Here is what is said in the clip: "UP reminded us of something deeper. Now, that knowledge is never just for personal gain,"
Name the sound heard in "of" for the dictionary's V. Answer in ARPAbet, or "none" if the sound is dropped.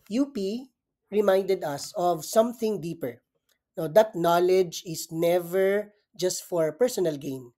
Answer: V